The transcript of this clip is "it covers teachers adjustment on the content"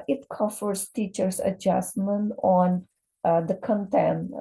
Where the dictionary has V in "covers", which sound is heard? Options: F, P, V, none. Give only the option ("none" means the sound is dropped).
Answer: F